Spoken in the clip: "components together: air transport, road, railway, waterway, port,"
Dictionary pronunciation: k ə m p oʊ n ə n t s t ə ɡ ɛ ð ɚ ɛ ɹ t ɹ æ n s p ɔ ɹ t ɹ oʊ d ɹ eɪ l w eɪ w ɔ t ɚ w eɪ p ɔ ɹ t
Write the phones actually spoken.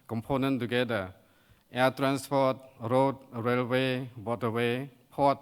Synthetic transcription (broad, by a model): k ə m p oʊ n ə n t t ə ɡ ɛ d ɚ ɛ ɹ t ɹ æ n s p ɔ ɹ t ɹ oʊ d ɹ eɪ l w eɪ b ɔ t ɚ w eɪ p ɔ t